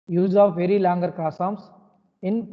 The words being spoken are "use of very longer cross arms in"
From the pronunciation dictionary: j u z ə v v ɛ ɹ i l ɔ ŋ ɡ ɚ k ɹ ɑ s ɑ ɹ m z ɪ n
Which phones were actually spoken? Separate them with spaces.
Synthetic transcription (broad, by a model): j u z ə v v ɛ ɹ i l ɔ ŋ ɡ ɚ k ɑ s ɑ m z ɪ n